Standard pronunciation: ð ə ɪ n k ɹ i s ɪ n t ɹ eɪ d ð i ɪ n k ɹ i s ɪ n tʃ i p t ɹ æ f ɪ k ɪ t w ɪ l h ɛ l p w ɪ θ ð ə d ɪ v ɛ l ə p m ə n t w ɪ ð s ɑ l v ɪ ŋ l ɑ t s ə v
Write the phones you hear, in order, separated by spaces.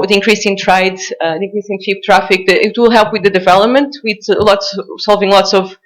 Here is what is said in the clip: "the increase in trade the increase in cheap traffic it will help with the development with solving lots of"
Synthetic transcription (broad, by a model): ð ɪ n k ɹ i s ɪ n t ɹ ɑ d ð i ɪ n k ɹ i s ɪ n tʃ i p t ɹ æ f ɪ k ɪ t w ɪ l h ɛ l p w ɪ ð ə d ɪ v ɛ l ə p m ə n t w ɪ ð s ɑ l v ɪ ŋ l ɑ t s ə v